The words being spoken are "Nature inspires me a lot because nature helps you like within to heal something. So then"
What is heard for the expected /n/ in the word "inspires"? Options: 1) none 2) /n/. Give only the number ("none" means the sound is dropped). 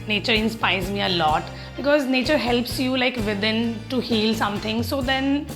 2